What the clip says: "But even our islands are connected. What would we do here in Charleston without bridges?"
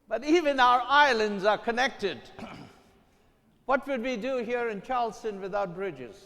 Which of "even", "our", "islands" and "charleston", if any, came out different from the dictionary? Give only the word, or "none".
none